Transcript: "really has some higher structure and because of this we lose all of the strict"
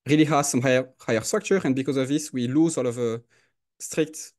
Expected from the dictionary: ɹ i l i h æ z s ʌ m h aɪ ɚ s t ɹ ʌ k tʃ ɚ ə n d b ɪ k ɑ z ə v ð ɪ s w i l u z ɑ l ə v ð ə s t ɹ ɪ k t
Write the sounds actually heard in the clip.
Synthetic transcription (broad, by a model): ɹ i l i h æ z s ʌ m h aɪ ɚ s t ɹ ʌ k tʃ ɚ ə n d b ɪ k ɑ z ə v ð ɪ s w i l u z ɑ l ə v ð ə s t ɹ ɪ k t